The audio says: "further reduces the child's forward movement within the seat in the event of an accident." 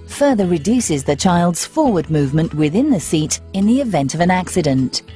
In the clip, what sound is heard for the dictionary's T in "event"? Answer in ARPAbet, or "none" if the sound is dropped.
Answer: T